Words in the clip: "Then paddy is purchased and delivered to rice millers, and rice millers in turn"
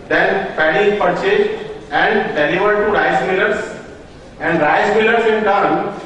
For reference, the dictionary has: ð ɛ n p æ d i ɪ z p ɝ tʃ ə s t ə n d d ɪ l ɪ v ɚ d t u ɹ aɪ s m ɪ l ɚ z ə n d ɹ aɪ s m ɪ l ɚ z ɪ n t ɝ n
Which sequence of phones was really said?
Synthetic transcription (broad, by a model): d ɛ n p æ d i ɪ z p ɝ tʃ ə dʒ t ə n d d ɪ n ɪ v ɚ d t u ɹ aɪ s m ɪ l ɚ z ə n d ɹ aɪ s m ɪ l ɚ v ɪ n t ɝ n